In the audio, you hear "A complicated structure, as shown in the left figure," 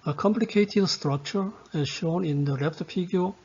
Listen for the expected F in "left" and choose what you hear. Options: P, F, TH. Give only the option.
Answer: P